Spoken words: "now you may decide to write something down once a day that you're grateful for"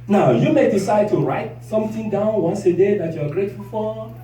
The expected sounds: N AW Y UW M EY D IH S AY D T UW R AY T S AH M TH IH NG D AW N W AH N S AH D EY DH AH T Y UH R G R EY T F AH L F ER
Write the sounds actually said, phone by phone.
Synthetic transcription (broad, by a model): N AW Y UW M EY D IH S AY D T UW R AY T S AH M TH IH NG D AW N W AH N S AH D EY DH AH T Y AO G R EY T F AH L F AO